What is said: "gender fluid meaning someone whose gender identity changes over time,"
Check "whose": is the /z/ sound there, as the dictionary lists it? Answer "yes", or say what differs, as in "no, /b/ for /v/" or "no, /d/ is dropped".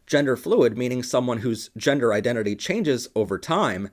yes